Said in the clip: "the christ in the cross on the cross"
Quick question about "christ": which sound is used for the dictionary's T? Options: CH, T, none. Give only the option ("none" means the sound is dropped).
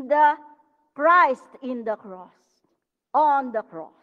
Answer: T